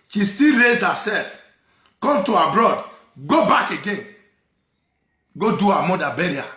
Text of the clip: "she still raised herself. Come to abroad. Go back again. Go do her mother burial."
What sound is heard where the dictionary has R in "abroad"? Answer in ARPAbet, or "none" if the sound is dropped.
R